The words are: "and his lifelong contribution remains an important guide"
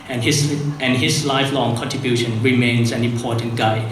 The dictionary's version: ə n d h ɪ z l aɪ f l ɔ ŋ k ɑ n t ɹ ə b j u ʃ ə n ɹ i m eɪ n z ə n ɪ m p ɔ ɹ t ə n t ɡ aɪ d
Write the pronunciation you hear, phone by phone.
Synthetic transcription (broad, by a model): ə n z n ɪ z l aɪ f l ɔ ŋ k ɑ n t ɹ ə b j u ʃ ə n ɹ i m eɪ n z ə n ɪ m p ɔ ɹ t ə n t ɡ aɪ